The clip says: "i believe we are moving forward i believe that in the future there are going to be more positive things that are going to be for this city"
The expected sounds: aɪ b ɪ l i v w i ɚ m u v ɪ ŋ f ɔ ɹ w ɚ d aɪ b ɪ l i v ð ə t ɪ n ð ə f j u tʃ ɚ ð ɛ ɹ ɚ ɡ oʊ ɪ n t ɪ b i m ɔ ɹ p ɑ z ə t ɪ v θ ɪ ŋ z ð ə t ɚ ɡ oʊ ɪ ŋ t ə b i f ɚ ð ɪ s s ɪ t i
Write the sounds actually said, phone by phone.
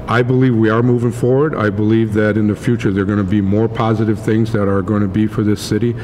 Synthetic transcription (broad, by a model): aɪ b ɪ l i v w i ɚ m u v ɪ ŋ f ɔ ɹ w ɚ d aɪ b ɪ l i v ð ə t ɪ n ð ə f j u tʃ ɚ ð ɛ ɹ ɡ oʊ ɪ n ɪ b i m ɔ ɹ p ɑ z ə t ɪ v θ ɪ ŋ z ð ə t ɚ ɡ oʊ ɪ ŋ t ə b i f ɚ ð ɪ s s ɪ t i